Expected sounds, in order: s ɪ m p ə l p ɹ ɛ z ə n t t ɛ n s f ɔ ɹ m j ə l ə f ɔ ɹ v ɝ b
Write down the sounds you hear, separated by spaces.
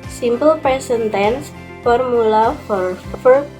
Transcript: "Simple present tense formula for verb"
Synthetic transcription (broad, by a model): s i m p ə l p ɹ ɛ s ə n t t ɛ n s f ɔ ɹ m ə l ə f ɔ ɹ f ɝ